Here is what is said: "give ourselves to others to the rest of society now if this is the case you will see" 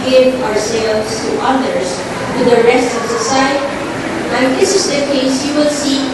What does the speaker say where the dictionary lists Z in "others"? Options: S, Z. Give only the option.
S